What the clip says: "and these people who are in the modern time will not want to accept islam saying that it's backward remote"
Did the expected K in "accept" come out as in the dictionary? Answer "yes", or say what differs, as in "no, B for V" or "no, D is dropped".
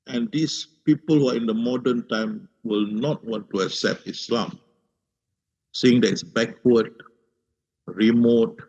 yes